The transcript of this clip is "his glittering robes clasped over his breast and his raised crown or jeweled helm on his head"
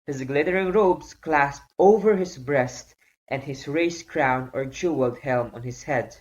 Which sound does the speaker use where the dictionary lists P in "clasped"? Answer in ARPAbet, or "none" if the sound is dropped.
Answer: P